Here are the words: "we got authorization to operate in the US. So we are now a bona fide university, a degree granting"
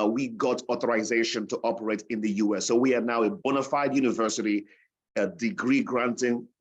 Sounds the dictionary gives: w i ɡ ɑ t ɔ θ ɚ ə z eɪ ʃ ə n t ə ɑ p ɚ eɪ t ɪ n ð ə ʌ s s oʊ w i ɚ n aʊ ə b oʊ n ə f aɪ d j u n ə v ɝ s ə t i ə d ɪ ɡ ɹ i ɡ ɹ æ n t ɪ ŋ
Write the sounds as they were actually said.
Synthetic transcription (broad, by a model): w i ɡ ɑ t ɔ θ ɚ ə z eɪ ʃ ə n t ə ɑ p ɚ eɪ t ɪ n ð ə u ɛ s oʊ w i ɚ n aʊ ə b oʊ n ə f aɪ d j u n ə v ɝ s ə t i ə d ɪ ɡ ɹ i ɡ ɹ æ n t ɪ ŋ